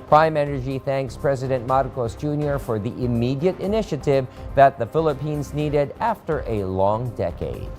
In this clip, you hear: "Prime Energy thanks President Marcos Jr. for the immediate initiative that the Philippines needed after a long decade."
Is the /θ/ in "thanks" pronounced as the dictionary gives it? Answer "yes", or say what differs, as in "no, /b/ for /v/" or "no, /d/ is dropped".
yes